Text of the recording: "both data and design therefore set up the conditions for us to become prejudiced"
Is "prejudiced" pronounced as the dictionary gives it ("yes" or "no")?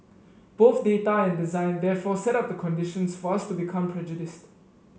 yes